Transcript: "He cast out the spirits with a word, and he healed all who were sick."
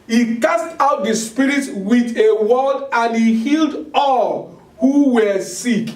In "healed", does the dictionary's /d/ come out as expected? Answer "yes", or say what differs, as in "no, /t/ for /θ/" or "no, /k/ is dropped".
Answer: yes